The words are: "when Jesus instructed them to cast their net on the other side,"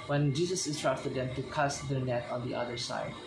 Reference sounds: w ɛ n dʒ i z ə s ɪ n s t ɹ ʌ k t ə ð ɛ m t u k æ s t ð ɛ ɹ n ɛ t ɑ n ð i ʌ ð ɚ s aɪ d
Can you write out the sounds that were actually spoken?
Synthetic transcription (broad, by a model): w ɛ n dʒ i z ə s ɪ s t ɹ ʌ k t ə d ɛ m t u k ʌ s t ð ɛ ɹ n ɛ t ɑ n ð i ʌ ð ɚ s aɪ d